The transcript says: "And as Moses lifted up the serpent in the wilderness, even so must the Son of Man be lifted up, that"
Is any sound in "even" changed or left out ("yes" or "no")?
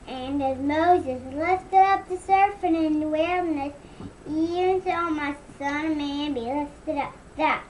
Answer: yes